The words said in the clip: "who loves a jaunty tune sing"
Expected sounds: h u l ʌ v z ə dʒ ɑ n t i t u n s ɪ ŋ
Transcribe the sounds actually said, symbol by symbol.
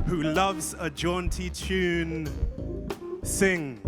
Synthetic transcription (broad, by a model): h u l ʌ v z ə dʒ ɑ n t i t u n s ɪ ŋ